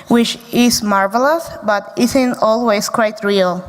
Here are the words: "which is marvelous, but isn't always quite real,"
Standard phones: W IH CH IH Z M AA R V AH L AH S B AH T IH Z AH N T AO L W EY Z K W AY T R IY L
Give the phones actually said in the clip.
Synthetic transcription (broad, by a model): W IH CH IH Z M AA R V AH L AH S B AH T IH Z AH N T AO L W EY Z K W AY T R IY L